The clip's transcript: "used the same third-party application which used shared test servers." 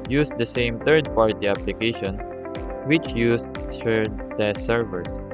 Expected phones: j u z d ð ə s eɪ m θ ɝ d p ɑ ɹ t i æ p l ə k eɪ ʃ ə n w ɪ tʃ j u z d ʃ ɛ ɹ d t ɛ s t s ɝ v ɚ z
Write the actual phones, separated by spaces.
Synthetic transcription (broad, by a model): j u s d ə s eɪ m t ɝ d p ɑ ɹ t i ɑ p l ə k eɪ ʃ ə n w ɪ tʃ j u s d s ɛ ɹ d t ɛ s s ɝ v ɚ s